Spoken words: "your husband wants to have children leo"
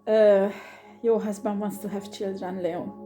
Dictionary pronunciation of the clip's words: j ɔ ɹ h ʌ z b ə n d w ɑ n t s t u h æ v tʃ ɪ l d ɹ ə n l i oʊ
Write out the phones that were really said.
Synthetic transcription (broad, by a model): j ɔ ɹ h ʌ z b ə n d w ɑ n t s t u h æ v tʃ ɪ l d ɹ ə n l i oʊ